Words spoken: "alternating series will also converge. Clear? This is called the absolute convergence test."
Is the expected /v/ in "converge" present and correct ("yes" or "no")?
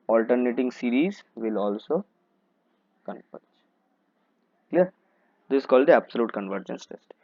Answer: no